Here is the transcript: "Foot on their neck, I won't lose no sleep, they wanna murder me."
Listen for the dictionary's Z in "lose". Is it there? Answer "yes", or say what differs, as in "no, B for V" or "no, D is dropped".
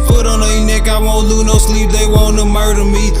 no, Z is dropped